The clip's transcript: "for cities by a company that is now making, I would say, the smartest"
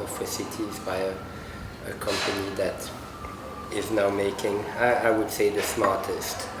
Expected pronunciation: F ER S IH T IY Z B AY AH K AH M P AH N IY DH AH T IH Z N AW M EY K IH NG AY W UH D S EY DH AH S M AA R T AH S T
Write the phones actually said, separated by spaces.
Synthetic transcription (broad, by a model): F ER S IH T IY Z B AY AH K AH M P AH N IY DH AH T IH Z N AW M EY K IH NG AY W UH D S EY DH AH S M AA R T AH S T